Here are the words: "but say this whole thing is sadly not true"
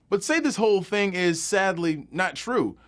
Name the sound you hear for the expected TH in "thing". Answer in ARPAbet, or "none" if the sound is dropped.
TH